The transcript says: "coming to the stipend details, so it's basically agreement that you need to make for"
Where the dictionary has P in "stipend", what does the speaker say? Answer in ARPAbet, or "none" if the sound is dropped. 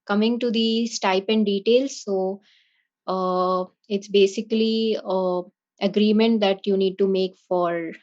P